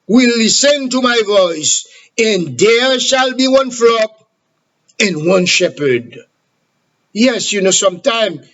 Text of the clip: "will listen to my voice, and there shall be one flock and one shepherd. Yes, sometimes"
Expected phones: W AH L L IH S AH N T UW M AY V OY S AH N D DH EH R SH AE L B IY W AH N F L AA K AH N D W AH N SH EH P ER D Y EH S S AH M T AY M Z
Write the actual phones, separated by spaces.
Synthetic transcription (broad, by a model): W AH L L IH S AH N T UW M AY V OY S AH N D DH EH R SH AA L B IY W AH N F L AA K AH N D W AH N SH EH P ER D Y EH S S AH M T AY M